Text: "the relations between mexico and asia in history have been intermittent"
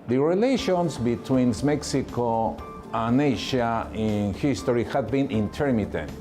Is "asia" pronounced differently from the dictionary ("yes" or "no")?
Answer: yes